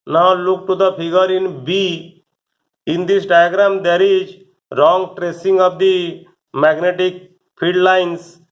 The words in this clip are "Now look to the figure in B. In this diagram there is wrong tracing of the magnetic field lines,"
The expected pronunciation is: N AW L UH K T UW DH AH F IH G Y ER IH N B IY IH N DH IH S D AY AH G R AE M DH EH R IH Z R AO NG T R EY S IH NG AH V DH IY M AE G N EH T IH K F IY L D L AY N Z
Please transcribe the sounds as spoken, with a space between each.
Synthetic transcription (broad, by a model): N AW L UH K T UW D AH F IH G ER IH N B IY IH N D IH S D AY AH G R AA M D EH R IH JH R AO NG T R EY S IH NG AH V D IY M AE G N EH T IH K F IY D L AY N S